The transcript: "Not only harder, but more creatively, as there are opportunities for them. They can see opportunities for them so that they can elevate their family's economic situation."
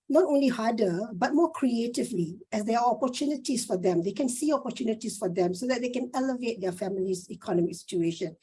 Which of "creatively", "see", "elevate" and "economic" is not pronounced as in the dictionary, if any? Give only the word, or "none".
none